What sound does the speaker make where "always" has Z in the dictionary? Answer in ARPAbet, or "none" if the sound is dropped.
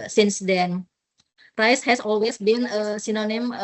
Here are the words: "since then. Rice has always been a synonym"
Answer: S